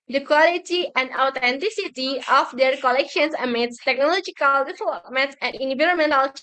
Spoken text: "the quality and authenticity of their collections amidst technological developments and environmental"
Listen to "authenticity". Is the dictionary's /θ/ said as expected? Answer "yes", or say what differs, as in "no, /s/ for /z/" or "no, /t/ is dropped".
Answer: no, /t/ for /θ/